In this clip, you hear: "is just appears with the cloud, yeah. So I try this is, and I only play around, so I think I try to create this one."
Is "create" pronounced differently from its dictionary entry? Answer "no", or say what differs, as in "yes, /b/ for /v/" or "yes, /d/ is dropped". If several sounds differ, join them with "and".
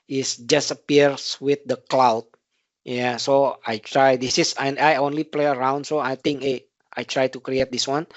no